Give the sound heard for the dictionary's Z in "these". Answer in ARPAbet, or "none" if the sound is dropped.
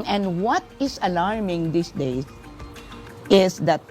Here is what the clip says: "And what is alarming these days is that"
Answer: S